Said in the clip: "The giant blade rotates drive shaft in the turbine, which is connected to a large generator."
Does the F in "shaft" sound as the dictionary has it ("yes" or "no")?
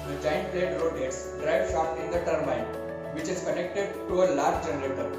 no